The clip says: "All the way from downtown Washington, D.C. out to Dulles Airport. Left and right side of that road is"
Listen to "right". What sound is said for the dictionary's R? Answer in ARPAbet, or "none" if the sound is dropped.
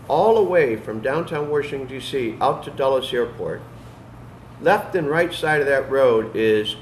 R